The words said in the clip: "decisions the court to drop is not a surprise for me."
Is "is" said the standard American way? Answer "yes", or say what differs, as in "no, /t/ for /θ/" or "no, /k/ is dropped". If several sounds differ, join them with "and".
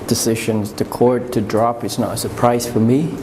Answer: no, /s/ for /z/